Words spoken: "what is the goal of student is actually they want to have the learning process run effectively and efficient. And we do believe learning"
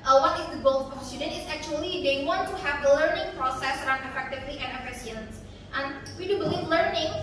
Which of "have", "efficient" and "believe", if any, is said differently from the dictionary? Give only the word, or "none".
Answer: efficient